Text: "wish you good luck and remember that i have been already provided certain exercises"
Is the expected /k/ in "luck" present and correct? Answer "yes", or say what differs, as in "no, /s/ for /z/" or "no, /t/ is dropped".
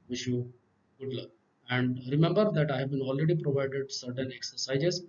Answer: no, /k/ is dropped